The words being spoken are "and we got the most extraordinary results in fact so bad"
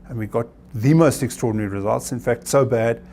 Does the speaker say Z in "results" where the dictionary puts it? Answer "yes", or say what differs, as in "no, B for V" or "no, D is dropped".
yes